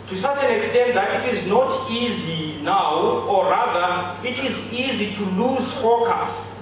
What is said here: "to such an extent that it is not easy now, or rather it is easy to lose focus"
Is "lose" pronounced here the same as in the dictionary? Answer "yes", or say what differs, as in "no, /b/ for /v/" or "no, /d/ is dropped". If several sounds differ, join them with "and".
yes